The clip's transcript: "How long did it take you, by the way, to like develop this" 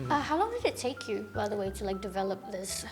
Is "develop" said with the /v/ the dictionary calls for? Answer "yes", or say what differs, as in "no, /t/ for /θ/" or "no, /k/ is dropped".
yes